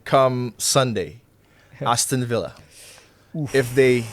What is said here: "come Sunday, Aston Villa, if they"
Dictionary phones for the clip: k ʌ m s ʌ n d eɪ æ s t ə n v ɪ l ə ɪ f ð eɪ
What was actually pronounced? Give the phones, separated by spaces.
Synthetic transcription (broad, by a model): k ʌ m s ʌ n d eɪ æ s t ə n v ɪ l ə ɪ f ð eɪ